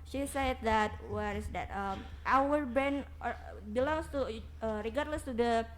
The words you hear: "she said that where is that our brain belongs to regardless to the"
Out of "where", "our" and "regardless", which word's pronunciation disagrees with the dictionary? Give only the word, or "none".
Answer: none